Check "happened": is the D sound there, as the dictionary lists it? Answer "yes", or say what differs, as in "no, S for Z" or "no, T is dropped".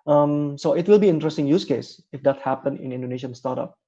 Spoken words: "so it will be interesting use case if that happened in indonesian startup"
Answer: no, D is dropped